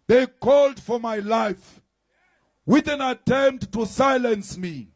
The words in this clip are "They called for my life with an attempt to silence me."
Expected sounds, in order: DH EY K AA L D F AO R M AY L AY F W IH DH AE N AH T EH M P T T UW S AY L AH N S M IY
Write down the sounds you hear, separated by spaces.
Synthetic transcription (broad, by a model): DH EY K AA L D F AO R M AY L AY F W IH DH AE N AH T EH M P T T UW S AY L AH N S M IY